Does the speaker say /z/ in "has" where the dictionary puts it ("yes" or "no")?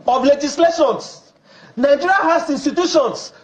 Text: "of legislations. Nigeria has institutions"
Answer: no